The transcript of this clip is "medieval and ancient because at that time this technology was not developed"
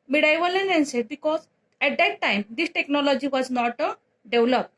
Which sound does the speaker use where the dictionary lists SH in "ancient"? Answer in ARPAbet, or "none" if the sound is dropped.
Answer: S